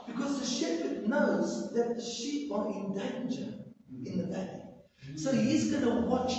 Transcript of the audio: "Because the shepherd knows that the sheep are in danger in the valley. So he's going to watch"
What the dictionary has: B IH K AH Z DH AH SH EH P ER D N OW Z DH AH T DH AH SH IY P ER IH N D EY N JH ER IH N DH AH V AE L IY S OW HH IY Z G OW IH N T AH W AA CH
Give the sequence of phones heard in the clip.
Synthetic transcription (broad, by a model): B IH K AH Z DH AH SH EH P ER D N OW Z DH AH T DH AH SH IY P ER IH N D EY N JH ER IH N DH AH B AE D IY S OW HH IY Z G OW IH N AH W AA CH